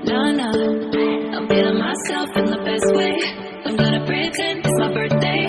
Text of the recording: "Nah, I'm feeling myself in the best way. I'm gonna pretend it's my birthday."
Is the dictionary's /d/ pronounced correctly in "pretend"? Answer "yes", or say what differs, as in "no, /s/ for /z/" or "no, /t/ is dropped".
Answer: no, /d/ is dropped